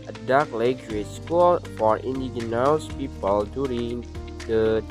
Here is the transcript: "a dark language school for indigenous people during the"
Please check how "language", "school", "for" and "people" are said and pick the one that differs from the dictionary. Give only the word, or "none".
language